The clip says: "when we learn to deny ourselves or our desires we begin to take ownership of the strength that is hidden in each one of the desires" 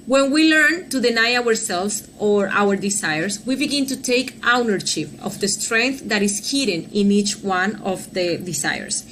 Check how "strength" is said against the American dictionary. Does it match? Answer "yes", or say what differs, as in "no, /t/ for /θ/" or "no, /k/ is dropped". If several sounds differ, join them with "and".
yes